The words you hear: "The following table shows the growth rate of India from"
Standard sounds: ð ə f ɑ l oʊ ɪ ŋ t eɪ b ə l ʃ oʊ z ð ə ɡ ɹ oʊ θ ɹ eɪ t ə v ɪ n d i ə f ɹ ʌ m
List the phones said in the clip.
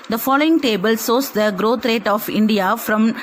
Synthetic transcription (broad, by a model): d ə f ɑ l oʊ ɪ ŋ t eɪ b ə l s oʊ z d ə ɡ ɹ oʊ t ɹ eɪ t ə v ɪ n d i ə f ɹ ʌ m